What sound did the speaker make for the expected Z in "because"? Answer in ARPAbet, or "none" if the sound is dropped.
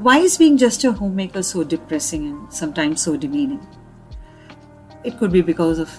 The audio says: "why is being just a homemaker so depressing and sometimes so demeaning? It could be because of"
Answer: Z